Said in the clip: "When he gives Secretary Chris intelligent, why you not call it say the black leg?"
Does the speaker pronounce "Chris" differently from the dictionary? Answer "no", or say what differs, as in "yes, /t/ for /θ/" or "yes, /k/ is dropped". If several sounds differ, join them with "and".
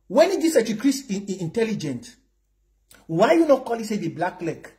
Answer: yes, /s/ is dropped